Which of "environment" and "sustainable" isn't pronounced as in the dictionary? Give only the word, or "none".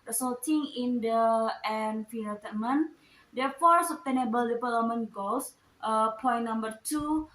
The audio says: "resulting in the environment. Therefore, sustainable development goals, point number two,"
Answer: environment